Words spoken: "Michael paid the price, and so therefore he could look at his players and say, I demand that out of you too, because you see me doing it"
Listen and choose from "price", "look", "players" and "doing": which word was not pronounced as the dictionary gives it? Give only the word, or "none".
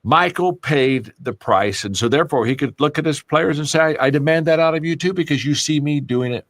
none